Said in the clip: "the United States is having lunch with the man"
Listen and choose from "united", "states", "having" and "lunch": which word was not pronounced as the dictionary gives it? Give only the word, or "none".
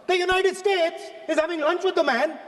none